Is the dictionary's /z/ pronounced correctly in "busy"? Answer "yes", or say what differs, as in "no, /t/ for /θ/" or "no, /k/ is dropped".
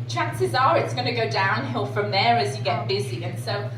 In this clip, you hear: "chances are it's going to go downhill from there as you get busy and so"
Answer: yes